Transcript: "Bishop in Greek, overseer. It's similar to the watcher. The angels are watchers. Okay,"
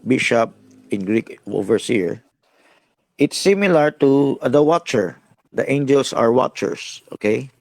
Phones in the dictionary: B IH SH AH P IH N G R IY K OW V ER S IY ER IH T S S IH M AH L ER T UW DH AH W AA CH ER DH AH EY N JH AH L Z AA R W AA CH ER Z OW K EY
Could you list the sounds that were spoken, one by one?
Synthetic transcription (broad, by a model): B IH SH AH P IH N G R IY K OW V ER S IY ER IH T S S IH M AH L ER T UW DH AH W AA CH ER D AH EY N JH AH L S AA R W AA CH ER S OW K EY